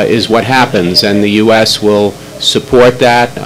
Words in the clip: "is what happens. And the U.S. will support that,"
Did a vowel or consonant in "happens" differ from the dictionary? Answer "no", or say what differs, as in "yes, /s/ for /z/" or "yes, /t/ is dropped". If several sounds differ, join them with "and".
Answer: no